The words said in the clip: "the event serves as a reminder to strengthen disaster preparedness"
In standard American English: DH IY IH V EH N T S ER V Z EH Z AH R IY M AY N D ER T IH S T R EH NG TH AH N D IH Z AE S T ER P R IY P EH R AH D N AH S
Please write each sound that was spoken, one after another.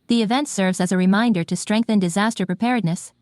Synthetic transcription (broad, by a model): DH IY IH V EH N T S ER V Z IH Z AH R IY M AY N D ER T IH S T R EH NG TH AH N D IH Z AE S T ER P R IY P EH R D N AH S